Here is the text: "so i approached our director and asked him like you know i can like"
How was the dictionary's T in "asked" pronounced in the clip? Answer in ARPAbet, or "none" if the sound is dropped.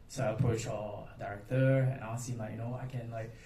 none